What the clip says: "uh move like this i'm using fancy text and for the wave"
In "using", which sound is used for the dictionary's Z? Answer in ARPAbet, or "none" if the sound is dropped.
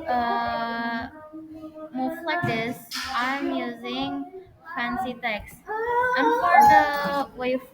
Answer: Z